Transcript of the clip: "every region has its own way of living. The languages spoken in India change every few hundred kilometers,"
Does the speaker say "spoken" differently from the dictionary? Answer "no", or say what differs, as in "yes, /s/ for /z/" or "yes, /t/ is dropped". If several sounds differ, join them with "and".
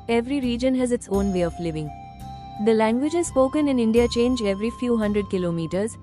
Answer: no